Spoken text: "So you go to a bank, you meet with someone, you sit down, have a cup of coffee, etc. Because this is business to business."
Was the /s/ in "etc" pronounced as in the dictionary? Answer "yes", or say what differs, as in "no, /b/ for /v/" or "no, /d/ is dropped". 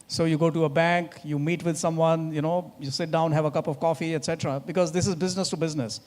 yes